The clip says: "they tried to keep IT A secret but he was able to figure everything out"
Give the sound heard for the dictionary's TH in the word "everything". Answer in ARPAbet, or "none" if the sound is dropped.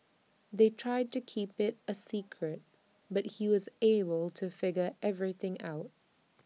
TH